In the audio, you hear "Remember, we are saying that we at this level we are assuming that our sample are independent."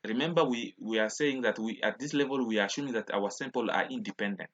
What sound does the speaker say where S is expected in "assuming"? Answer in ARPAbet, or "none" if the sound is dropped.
SH